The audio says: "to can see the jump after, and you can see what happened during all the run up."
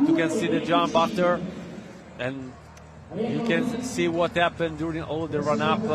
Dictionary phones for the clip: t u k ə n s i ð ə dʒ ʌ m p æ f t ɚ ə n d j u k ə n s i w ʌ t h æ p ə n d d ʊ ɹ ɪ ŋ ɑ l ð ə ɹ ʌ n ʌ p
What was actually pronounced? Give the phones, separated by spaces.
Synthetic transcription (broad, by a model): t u k ə n s i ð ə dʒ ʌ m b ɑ t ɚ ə n j u k ə n s i w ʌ t h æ p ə n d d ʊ ɹ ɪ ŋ ɑ l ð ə ɹ ʌ n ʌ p